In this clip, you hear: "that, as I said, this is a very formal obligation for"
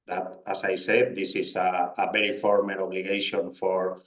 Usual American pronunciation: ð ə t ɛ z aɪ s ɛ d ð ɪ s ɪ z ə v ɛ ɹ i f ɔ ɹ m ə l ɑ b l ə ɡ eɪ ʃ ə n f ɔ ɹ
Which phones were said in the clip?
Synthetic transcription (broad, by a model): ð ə t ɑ s aɪ s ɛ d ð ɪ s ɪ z ə b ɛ ɹ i f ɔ ɹ m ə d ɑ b l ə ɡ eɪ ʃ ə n f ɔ ɹ